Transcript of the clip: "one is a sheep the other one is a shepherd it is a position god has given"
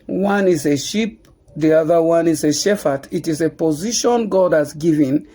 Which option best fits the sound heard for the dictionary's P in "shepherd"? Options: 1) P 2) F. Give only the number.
2